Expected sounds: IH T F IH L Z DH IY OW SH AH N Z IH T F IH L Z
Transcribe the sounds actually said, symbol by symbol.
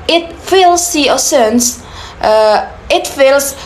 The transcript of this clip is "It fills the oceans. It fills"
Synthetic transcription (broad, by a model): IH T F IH L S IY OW S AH N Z IH T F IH L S